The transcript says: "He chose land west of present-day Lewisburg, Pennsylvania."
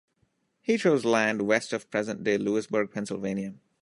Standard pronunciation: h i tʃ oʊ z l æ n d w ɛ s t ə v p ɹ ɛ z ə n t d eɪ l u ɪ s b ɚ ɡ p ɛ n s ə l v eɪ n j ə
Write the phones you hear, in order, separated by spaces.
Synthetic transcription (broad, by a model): h i tʃ oʊ z l æ n d w ɛ s t ə v p ɹ ɛ z ə n t d eɪ l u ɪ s b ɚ ɡ p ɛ n s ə l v eɪ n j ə